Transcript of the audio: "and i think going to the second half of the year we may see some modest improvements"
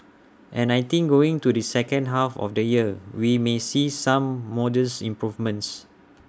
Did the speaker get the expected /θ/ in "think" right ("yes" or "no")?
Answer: no